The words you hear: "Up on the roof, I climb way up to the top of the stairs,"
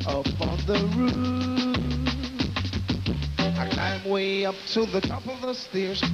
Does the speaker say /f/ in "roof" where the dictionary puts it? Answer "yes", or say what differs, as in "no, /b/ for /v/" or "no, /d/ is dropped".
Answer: no, /f/ is dropped